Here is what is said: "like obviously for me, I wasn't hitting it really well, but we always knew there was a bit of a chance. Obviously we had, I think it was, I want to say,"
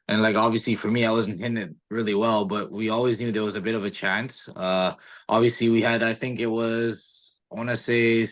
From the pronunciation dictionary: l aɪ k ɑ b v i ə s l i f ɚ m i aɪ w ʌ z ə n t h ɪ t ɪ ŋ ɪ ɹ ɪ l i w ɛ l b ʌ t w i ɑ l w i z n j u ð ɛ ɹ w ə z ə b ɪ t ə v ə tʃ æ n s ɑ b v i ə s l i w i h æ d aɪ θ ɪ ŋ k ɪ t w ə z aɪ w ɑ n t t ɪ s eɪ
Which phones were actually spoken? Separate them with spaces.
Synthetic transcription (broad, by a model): l aɪ k ɑ b v i ə s l i f ɚ m i aɪ w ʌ z n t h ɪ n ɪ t ɹ ɪ l i w ɛ l b ʌ t w i ɑ l w i z n j u ð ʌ ɹ w ə z ə b ɪ t ə v ə tʃ æ n s ɑ b v i ə s l i w i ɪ d aɪ θ ɪ ŋ k ɪ t w ə z aɪ w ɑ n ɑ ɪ s eɪ